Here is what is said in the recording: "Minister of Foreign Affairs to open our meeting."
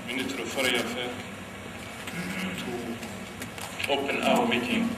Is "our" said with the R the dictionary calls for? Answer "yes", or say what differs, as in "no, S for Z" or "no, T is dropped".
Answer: no, W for R